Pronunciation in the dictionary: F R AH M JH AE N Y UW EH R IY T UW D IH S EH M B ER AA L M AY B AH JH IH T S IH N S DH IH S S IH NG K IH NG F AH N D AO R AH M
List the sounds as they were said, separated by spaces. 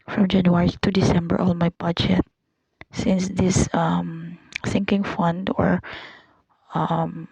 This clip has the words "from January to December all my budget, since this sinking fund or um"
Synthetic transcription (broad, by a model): F R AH M JH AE N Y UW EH R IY T UW D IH S EH M B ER AA L M AY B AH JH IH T S IH N S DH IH S TH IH NG K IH NG F AH N D AO R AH M